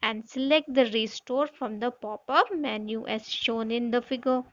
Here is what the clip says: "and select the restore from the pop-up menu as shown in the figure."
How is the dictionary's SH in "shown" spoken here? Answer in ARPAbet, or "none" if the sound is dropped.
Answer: SH